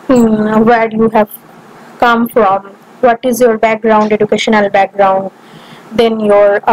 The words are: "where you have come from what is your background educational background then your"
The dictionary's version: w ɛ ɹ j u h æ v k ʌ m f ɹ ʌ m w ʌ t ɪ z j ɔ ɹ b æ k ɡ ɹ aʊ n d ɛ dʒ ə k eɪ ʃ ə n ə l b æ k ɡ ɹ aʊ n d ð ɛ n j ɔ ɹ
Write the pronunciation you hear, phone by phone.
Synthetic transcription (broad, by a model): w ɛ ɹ j u h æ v k ʌ m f ɹ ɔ m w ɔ t ɪ z j ɔ ɹ b æ k ɡ ɹ aʊ n d ɛ dʒ ə k eɪ ʃ ə n ə l b æ k ɡ ɹ aʊ n d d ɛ n j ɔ ɹ